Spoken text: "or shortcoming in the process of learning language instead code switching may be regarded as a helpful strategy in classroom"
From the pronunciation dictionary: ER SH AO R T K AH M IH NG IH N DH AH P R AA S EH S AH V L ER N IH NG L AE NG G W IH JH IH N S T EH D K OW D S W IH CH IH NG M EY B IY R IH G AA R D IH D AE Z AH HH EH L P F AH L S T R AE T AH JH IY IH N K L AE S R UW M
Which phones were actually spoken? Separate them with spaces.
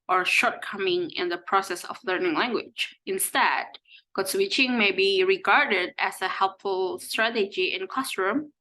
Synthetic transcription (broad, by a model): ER SH AO R T K AH M IH NG IH N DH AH P R AA S EH S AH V L ER N IH NG L AE NG G W IH JH IH N S T EH D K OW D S W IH CH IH NG M EY B IY R IH G AA R D IH D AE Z AH HH EH L P F AH L S T R AE T AH JH IY IH N K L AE S R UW M